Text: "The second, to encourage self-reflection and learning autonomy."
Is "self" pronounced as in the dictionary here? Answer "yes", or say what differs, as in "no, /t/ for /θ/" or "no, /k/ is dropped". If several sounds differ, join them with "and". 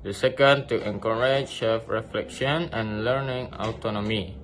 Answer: no, /l/ is dropped